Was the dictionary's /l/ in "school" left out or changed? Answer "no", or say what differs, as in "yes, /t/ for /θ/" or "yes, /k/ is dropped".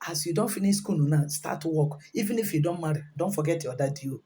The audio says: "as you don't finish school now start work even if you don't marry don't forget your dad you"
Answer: yes, /n/ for /l/